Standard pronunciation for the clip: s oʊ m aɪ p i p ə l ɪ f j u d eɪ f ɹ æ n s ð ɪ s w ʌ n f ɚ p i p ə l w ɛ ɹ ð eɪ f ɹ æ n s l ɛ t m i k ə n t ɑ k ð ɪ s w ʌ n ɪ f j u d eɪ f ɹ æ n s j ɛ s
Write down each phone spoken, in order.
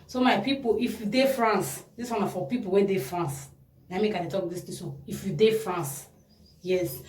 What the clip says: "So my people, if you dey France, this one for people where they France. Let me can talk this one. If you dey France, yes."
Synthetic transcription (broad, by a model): s oʊ m aɪ p i p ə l ɪ f j u d eɪ f ɹ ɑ n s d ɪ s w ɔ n f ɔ p i p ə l w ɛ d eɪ f ɹ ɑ n s n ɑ m i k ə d t ɑ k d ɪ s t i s ɪ f j u d eɪ f ɹ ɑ n s j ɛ s